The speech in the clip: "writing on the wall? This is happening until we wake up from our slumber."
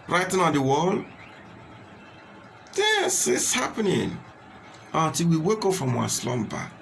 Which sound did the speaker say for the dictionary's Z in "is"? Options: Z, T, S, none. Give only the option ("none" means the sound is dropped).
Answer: S